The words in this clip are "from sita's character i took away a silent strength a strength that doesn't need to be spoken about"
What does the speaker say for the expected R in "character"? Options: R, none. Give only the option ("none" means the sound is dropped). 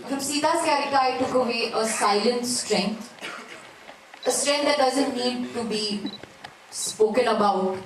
none